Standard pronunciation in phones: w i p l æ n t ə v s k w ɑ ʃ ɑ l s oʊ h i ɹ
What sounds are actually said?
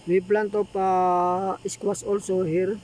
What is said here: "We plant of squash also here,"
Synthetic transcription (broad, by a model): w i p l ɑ n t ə p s k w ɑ s ɑ l s oʊ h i ɹ